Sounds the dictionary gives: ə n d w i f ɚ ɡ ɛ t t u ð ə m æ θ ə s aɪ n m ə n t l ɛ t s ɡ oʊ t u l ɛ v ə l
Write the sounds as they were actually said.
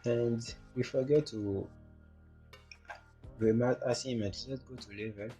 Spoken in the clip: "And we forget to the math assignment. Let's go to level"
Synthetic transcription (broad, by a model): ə n d w i f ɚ ɡ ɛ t t u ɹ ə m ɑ t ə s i m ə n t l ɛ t ɡ oʊ t u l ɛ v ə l